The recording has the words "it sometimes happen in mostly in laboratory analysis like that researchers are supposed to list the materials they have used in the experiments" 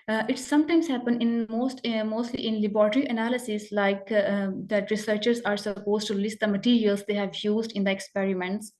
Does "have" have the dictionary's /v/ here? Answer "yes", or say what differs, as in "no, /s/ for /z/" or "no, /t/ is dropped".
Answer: yes